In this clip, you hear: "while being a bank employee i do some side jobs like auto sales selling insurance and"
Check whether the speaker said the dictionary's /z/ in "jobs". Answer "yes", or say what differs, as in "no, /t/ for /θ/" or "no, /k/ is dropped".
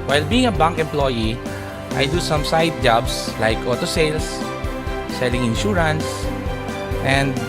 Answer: no, /s/ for /z/